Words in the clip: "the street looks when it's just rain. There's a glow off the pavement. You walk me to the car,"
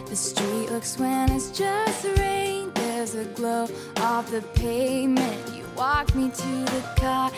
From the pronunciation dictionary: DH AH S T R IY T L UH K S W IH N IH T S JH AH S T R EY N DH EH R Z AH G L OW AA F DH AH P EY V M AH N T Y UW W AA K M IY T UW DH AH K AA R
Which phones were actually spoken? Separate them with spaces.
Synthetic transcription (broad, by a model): DH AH S T R IY T L UH K S W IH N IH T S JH AH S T R EY N DH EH R Z AH G L OW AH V DH AH P EY M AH N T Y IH W AA K M IY T UW DH AH K AA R